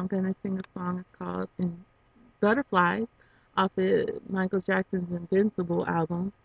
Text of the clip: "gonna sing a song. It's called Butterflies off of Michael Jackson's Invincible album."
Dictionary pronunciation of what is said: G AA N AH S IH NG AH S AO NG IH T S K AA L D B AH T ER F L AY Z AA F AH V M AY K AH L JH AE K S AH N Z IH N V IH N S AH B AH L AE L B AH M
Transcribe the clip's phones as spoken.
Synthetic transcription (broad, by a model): G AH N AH S IH NG AH S AO NG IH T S K AA L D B AH T ER F L AY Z AA F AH M AY K L JH AE K S AH N Z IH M V IH N S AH B L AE L B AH M